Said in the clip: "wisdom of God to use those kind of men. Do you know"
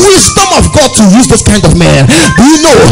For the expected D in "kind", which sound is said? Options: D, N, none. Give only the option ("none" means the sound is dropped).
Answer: D